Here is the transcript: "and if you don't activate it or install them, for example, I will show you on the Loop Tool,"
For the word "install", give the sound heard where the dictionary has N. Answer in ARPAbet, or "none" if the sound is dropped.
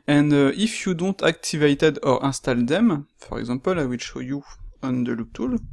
none